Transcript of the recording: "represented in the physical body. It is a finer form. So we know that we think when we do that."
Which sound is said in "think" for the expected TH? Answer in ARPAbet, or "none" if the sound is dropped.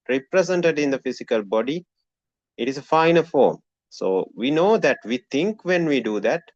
T